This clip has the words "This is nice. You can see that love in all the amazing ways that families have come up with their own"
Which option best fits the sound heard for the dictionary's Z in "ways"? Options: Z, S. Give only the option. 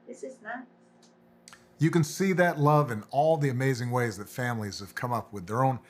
Z